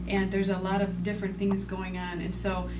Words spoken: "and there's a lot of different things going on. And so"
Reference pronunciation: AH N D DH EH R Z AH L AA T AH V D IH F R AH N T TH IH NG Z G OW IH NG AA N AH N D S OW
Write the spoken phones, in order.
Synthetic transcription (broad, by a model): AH N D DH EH R Z AH L AA T AH V D IH F R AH N TH IH NG Z G OW IH NG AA N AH N S OW